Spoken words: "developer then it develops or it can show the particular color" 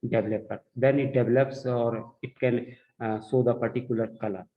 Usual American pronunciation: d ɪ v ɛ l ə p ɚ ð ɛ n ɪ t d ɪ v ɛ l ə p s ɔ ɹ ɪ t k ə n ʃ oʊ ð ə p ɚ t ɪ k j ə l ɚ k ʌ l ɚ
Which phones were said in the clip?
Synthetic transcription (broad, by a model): d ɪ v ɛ l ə p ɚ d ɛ n ɪ t d ɪ v ɛ l ə p s ɔ ɹ ɪ t k ə n s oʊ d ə p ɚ t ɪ k j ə l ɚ k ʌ l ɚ